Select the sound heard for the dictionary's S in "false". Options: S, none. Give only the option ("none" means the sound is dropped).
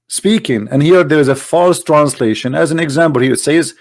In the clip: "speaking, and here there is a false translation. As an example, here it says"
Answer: S